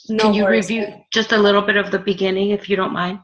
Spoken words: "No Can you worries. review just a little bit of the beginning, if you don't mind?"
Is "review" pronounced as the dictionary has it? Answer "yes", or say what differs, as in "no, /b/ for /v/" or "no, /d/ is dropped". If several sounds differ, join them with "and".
yes